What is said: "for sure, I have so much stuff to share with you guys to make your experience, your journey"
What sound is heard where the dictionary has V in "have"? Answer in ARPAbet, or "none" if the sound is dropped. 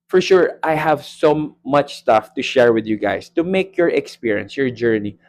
V